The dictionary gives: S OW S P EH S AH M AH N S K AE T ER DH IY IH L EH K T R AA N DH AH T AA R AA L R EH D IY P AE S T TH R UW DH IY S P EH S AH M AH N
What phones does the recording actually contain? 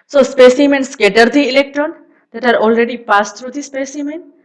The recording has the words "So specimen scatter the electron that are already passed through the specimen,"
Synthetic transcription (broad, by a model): S OW S P EH S AH M AH N S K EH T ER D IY IH L EH K T R AA N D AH T AA R AA L R EH D IY P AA S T R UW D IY S P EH S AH M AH N